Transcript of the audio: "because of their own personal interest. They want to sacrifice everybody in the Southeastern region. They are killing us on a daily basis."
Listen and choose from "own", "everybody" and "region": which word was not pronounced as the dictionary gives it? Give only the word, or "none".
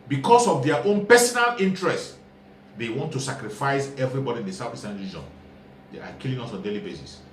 none